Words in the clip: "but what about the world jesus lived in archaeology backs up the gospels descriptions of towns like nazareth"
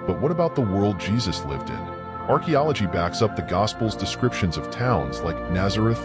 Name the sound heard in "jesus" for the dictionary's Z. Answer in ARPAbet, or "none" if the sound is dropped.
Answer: Z